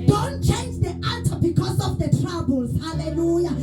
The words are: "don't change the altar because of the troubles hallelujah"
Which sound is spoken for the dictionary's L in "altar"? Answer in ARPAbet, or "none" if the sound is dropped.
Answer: none